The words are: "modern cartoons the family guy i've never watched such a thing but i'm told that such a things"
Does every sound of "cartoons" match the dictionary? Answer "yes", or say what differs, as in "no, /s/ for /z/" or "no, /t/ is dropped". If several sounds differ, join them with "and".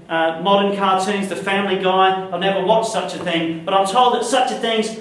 yes